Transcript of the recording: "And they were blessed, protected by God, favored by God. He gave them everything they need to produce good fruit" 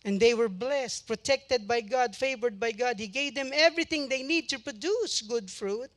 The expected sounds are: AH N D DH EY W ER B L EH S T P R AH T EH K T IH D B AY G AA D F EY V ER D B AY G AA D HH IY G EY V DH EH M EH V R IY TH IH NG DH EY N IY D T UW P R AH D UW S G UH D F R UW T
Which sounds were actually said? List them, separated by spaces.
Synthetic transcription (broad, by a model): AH N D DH EY W ER B L EH S T P R AH T EH K T IH D B AY G AA D F EY V ER D B AY G AA D HH IY G EY V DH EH M EH V R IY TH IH NG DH EY N IY D T UW P R AH D UW S G UH D F R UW T